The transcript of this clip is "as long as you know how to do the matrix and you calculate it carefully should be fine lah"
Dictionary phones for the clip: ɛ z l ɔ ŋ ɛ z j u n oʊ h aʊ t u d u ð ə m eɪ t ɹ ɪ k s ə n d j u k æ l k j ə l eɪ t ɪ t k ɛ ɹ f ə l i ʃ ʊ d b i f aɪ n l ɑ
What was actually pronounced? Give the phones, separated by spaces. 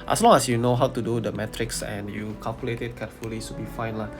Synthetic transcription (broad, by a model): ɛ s l ɔ ŋ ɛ s j u n oʊ h aʊ t u d u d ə m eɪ t ɹ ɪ k s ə n j u k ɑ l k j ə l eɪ t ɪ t k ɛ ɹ f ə l i s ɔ b i f aɪ n l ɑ